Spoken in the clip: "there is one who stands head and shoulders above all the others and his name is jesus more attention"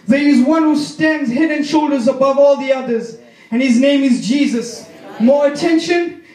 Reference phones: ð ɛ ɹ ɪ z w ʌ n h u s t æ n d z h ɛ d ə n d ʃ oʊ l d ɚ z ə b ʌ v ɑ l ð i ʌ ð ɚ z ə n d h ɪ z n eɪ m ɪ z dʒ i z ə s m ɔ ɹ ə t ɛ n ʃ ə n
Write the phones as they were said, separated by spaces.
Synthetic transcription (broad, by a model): ð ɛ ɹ ɪ z w ʌ n h u s t æ n d z h ɛ d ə n ʃ oʊ l d ɚ z ə b ʌ v ɑ l ð i ʌ ð ɚ z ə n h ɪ z n eɪ m ɪ z dʒ i z ə s m ɔ ɹ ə t ɛ n ʃ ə n